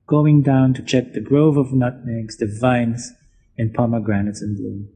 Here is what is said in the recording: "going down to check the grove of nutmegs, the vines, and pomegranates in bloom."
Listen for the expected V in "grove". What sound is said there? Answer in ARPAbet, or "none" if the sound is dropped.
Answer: V